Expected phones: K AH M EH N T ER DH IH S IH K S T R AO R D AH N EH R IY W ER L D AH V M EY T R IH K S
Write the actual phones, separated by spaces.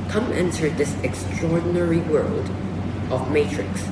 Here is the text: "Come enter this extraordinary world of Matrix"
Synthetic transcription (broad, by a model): K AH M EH N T ER DH IH S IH K S T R AO R D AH N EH R IY W ER L D AH V M EY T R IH K S